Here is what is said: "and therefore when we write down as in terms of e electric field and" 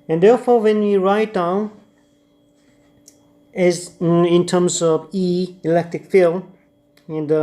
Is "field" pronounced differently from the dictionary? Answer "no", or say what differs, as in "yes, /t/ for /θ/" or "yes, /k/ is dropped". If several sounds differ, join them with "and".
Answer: yes, /d/ is dropped